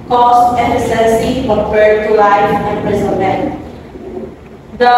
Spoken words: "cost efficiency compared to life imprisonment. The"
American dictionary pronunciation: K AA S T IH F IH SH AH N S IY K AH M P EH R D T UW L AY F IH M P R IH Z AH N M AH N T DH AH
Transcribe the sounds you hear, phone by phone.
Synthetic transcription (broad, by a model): K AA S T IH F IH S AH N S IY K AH P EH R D T UW L AY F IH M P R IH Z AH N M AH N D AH